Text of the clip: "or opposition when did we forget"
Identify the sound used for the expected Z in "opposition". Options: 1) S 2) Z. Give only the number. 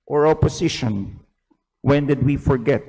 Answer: 1